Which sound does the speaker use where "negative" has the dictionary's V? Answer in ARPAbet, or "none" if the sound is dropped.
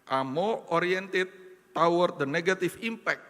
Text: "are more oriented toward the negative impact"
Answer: F